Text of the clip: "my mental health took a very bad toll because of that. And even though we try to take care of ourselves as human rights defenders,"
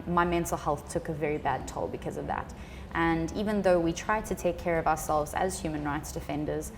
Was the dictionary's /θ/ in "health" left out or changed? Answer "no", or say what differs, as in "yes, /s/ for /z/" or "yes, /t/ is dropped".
no